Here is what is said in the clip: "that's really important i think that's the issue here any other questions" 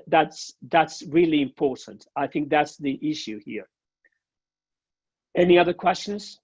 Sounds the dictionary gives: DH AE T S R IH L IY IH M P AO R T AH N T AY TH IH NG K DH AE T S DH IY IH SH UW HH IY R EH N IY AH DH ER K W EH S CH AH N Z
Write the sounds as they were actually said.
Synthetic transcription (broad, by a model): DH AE T S R IH L IY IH M P AO R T N T AY TH IH NG K DH AE T S DH IY IH SH UW HH IY R EH N IY AH DH ER K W EH S CH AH N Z